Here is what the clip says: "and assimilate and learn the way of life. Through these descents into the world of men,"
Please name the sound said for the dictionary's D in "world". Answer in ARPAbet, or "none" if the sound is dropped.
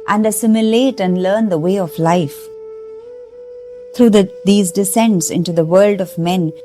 D